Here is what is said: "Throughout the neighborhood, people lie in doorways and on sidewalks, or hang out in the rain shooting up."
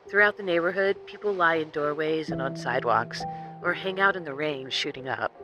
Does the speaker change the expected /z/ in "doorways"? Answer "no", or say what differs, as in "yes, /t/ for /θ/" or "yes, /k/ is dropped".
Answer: no